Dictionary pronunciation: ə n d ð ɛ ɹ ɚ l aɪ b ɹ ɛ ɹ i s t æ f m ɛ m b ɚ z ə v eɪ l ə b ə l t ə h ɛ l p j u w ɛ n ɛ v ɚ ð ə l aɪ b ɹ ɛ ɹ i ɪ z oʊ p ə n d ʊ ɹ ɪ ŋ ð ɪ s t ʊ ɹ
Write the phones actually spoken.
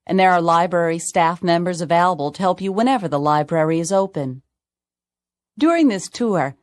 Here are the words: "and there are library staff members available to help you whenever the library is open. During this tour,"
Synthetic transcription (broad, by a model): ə n ð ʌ ɹ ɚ l aɪ b ɹ ɛ ɹ i s t æ f m ɛ m b ɚ z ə v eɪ l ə b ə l t ə h ɛ l p j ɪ w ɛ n ɛ v ɚ ð ə l aɪ b ɹ ɛ ɹ i ɪ z oʊ p ə n d ʊ ɹ ɪ ŋ ð ɪ s t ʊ ɹ